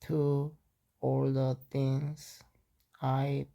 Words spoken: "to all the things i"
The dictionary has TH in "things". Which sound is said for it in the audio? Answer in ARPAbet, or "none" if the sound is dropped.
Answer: T